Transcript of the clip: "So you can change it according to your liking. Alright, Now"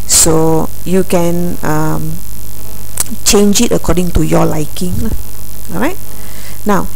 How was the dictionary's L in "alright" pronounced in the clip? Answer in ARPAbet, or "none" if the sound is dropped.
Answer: none